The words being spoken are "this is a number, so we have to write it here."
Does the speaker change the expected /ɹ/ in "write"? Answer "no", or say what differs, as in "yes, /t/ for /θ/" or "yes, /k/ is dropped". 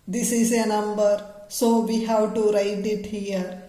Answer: no